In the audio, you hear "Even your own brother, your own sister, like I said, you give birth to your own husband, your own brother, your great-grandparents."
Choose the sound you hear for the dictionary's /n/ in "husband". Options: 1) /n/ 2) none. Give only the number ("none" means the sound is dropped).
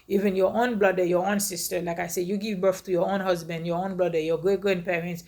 1